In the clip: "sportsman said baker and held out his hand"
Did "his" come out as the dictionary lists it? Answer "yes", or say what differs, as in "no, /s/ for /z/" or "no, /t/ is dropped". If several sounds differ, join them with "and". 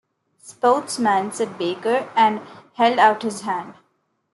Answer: yes